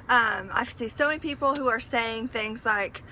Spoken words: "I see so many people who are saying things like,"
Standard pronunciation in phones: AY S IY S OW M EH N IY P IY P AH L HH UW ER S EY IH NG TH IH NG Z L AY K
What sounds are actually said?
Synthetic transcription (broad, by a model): AY S IY S OW M EH N IY P IY P L HH UW ER S EY IH NG TH IH NG Z L AY K